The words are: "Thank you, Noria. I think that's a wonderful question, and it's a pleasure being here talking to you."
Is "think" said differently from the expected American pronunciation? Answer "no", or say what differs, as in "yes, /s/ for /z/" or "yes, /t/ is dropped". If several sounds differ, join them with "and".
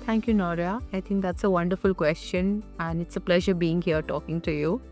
yes, /t/ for /θ/